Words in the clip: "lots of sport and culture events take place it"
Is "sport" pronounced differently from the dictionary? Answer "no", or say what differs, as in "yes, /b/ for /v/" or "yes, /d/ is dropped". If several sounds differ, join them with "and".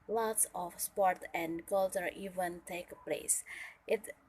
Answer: no